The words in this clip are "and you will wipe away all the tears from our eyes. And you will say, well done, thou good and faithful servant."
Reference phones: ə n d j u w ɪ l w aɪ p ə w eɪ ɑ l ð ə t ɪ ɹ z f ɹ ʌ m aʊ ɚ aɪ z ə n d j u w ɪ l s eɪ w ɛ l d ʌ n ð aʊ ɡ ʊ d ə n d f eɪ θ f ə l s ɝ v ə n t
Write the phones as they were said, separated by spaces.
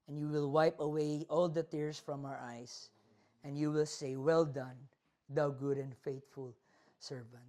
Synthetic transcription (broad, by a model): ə n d j u w ɪ l w aɪ p ə w eɪ ɑ l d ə t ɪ ɹ s f ɹ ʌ m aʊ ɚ aɪ s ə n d j u w ɪ l s eɪ w ɛ l d ʌ n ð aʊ ɡ ʊ d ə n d f eɪ t f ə l s ɝ v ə n t